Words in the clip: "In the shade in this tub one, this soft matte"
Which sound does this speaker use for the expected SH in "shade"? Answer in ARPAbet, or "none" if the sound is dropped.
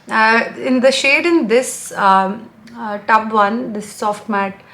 SH